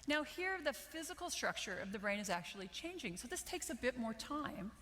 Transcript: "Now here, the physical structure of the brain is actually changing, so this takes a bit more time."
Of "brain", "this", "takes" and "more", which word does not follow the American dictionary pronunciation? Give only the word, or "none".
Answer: none